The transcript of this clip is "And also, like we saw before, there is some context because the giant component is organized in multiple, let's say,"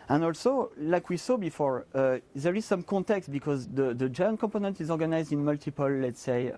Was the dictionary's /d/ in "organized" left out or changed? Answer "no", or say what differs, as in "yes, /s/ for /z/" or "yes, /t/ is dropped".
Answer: no